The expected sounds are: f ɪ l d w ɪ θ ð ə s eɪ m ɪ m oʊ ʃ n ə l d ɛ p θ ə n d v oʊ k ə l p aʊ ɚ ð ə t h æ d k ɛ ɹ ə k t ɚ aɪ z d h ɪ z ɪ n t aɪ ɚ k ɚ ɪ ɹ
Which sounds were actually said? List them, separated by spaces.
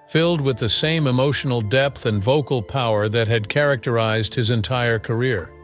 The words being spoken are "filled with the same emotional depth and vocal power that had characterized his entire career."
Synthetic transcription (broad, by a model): f ɪ l d w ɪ ð ə s eɪ m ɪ m oʊ ʃ n l d ɛ p θ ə n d v oʊ k l p aʊ ɚ ð ə t h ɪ d k ɛ ɹ ə k t ɚ aɪ z d h ɪ z ɪ n t aɪ ɚ k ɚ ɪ ɹ